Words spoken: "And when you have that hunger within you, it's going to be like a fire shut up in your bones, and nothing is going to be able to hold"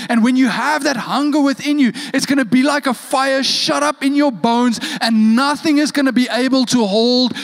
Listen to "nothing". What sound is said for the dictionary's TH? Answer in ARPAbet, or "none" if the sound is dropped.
TH